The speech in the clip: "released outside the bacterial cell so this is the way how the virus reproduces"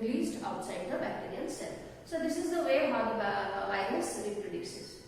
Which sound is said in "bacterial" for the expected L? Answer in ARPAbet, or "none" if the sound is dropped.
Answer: N